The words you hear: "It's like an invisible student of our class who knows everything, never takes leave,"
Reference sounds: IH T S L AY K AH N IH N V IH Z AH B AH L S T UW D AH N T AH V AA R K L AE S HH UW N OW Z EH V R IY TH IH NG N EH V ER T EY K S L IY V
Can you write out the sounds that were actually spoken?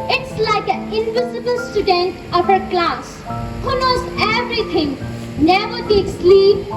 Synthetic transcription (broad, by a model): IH T S L AY K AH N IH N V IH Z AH B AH L S T UW D AH N T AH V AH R K L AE S HH UW N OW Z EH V R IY T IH NG N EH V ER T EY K S L IY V